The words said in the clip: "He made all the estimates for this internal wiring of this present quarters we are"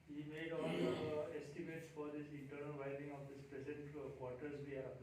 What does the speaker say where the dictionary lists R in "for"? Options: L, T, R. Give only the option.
R